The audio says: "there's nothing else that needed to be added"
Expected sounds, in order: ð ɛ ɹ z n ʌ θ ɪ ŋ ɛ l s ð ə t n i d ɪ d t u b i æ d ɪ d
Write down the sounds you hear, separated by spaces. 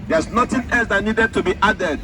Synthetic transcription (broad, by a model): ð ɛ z n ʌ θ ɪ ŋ ɛ l s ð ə t n i d ɪ d t u b i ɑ d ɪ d